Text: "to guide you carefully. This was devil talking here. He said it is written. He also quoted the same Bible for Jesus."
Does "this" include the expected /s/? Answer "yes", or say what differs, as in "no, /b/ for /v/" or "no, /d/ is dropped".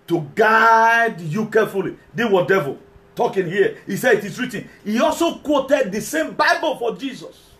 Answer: no, /s/ is dropped